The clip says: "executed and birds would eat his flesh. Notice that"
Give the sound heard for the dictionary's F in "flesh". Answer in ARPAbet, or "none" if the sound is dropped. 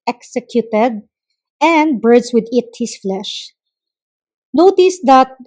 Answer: F